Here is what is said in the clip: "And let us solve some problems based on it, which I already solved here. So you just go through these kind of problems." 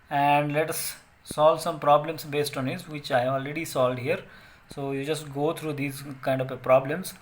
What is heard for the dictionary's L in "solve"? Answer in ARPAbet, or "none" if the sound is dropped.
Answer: L